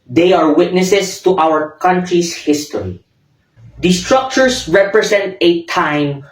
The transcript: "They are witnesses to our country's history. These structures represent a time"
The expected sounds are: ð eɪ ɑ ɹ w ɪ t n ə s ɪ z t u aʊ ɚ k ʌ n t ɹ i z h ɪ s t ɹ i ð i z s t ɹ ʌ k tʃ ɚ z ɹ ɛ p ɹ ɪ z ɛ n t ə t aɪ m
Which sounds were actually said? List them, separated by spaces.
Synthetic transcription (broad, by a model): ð eɪ ɑ ɹ w ɪ t n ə s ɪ s t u aʊ ɚ k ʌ n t ɹ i s h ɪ s t ɹ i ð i s t ɹ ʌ k tʃ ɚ s ɹ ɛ p ɹ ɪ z ɛ n t ə t aɪ m